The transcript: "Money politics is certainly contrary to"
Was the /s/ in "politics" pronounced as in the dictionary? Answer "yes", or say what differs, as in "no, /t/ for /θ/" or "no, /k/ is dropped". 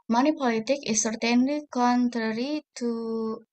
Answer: no, /s/ is dropped